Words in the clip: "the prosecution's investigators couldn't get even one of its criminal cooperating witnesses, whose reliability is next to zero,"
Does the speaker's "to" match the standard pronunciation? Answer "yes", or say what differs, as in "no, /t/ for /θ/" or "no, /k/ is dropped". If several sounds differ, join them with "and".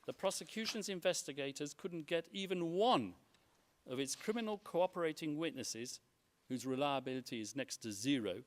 yes